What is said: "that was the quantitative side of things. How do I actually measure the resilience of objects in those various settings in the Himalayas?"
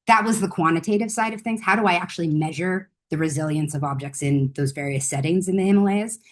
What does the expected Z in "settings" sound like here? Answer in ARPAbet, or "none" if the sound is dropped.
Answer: Z